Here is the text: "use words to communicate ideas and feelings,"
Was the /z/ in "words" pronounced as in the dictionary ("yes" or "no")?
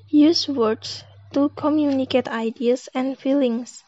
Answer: no